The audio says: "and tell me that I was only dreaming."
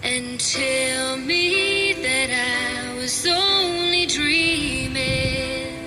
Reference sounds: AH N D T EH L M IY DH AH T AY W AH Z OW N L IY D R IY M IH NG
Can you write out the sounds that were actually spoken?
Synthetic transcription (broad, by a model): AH N T EH L M IY DH AH T AY W AH Z OW N L IY D R IY M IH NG